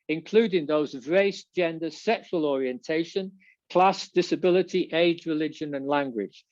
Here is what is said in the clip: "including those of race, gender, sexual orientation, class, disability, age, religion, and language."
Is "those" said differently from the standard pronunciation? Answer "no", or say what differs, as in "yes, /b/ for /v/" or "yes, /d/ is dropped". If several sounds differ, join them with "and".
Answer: no